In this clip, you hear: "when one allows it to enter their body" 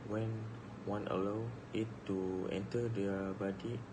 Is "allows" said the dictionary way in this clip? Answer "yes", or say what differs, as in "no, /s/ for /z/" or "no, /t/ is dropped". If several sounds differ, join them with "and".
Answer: no, /z/ is dropped